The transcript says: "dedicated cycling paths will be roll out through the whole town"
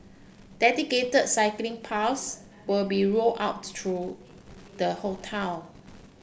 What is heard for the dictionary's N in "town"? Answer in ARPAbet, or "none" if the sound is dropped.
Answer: L